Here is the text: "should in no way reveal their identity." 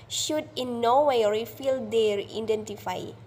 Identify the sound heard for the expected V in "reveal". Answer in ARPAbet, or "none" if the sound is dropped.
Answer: F